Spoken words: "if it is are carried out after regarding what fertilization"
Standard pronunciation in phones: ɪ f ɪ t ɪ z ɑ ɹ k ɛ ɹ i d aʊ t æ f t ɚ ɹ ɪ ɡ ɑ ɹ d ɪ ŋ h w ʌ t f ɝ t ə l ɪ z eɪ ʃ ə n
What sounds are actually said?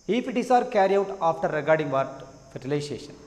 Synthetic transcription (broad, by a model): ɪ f ɪ t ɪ s ɑ ɹ k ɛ ɹ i aʊ t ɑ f t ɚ ɹ ɪ ɡ ɑ ɹ d ɪ ŋ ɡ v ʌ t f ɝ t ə l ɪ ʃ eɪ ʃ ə n